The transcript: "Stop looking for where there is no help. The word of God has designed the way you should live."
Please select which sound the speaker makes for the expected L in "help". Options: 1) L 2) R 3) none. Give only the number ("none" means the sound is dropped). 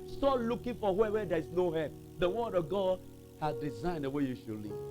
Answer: 3